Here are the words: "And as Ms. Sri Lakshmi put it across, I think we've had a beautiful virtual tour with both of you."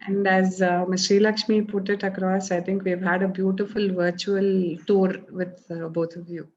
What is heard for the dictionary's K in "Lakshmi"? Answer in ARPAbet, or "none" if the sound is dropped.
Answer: K